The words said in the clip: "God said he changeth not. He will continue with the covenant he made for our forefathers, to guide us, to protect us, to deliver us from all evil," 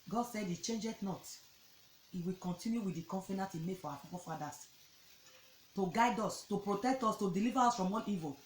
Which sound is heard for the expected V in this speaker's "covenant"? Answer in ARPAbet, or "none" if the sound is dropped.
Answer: F